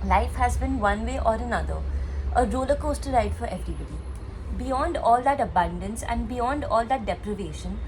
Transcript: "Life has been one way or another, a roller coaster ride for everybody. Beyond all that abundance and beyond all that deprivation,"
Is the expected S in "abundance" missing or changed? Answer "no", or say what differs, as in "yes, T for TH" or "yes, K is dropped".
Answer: no